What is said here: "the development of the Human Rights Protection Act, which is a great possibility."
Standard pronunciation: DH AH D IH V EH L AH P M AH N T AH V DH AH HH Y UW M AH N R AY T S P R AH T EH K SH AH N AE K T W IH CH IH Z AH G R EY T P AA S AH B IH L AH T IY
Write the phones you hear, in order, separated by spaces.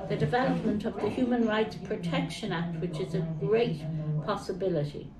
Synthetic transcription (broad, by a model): DH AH D IH V EH L AH P M AH N T AH V DH AH HH Y UW M AH N R AY T S P R AH T EH K SH AH N AE K T W IH CH IH Z AH G R EY T P AA S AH B IH L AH T IY